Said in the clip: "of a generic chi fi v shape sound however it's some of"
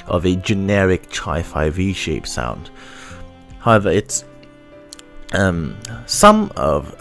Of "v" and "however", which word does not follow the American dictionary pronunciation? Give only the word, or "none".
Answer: none